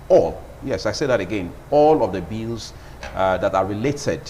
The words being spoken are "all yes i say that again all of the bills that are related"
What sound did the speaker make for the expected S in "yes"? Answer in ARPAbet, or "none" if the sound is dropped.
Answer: S